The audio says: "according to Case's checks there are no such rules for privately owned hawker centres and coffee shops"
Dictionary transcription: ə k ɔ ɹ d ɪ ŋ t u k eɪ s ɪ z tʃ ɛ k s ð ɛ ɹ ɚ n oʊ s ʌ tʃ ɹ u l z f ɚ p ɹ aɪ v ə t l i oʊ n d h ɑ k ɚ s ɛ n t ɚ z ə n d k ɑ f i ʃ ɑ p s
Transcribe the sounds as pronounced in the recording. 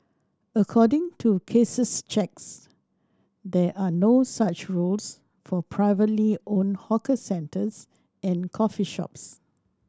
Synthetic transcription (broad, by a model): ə k ɔ d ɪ ŋ t u k eɪ s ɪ s tʃ ɛ k s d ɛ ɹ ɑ n oʊ s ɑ tʃ ɹ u l s f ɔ p ɹ aɪ v ə t l i oʊ n h ɑ k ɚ s ɛ n t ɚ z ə n k ɑ f i ʃ ɑ p s